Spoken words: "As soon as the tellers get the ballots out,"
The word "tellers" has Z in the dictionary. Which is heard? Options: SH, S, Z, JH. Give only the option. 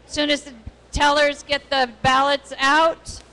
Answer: Z